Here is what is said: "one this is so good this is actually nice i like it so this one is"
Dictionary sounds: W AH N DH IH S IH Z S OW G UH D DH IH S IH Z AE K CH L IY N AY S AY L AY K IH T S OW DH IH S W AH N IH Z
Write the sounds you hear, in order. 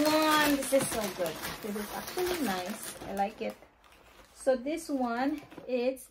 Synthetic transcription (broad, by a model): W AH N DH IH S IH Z S OW G UH D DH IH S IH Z AE K CH L IY N AY S AY L AY K IH T S OW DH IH S W AH N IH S